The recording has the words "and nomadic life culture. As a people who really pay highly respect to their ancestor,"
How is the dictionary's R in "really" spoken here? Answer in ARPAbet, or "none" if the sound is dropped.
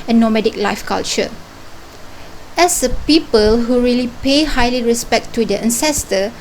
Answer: R